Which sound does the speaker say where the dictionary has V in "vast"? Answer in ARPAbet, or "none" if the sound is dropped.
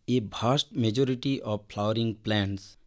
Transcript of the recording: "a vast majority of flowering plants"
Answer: B